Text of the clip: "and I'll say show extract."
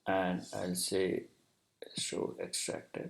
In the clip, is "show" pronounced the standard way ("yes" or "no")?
no